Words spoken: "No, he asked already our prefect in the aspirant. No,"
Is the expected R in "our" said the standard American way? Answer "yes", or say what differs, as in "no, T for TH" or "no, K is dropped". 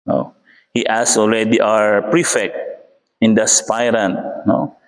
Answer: yes